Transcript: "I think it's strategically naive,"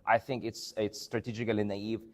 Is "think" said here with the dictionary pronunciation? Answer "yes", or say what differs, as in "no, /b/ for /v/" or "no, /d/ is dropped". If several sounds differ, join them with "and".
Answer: yes